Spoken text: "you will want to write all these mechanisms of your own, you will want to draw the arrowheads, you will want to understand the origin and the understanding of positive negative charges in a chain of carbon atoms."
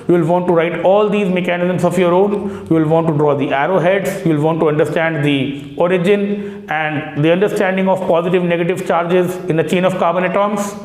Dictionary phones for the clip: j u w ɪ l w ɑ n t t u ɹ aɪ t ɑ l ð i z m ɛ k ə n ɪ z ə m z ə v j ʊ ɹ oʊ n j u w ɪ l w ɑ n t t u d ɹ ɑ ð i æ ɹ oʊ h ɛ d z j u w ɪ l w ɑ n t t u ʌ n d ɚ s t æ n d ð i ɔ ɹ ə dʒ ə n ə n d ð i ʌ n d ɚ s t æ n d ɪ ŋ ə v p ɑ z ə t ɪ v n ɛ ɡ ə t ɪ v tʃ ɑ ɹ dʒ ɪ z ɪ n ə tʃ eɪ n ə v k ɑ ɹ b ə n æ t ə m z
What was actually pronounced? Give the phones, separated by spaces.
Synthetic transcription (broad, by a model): j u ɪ l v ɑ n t t u ɹ aɪ t ɑ l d i z m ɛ k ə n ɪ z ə m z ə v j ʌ ɹ oʊ n j u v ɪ l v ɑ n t t u d ɹ ɑ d i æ ɹ oʊ h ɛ d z j u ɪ l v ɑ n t t u ʌ n d ɚ s t æ n d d i ɔ ɹ ə dʒ ə n ə n d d i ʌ n d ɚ s t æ n d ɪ ŋ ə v p ɑ z ə t ɪ v n ɛ ɡ ə t ɪ v tʃ ɑ ɹ dʒ ɪ z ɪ n ə tʃ eɪ n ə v k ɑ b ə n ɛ t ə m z